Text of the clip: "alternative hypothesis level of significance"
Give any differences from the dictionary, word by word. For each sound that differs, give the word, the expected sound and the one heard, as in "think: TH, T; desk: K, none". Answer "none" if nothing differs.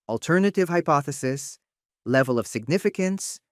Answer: none